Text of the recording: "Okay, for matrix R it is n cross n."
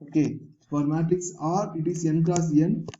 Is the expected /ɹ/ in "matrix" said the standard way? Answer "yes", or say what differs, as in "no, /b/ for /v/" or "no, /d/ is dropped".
no, /ɹ/ is dropped